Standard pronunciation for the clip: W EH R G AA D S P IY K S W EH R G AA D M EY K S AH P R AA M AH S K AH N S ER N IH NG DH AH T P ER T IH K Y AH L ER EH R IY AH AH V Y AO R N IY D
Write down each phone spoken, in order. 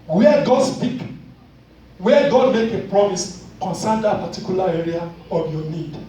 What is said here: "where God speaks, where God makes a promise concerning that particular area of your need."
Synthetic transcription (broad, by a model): W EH G AA D S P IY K W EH G AA D M EY K AH P R AA M AH S K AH N S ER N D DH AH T P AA T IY K Y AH L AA EH R IY AH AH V Y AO N IY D